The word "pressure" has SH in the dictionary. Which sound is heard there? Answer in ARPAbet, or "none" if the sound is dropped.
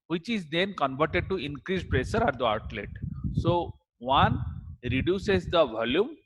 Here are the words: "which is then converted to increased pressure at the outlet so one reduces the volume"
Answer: S